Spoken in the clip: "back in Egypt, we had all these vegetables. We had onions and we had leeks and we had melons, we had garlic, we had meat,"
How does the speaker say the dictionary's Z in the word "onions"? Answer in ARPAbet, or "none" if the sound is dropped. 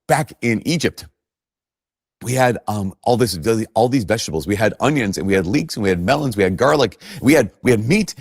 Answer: Z